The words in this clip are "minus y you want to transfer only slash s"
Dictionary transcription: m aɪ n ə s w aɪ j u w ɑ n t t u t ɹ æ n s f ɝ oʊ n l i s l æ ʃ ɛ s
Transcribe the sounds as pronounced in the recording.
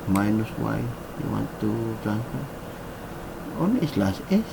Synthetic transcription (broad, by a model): m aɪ n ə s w aɪ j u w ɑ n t t u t æ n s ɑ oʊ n i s l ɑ s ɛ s